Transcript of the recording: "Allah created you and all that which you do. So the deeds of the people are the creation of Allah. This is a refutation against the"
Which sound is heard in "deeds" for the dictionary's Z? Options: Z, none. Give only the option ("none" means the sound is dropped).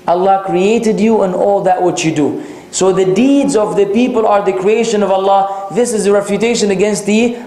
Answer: Z